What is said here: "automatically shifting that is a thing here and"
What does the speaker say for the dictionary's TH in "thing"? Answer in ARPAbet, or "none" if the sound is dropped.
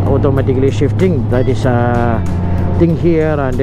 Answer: T